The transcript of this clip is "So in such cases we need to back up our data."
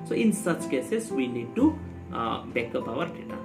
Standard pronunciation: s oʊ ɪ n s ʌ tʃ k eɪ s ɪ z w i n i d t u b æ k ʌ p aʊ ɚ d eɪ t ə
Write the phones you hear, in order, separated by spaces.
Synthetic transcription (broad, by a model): s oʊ ɪ n s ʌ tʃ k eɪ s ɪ s w i n i d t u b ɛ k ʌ b aʊ ɚ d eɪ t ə